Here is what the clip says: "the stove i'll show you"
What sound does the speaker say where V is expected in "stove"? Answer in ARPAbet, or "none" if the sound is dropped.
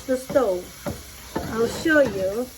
none